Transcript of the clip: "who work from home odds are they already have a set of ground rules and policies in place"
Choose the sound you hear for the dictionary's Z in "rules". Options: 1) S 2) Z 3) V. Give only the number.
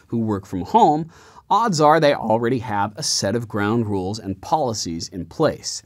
2